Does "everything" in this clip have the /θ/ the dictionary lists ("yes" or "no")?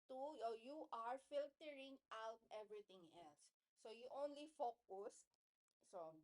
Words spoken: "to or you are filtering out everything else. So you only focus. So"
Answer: no